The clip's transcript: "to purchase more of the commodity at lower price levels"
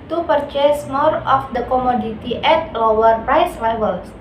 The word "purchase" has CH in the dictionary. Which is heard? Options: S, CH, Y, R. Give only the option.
CH